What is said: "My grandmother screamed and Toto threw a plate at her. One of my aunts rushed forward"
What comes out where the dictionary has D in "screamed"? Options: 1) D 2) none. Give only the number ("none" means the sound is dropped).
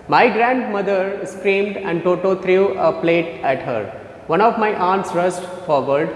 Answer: 1